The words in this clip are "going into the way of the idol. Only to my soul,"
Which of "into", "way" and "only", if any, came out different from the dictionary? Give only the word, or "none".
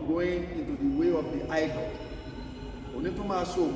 only